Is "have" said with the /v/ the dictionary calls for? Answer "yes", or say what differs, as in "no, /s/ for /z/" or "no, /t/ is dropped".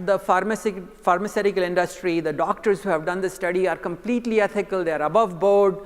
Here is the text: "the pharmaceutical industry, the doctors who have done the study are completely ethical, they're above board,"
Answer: yes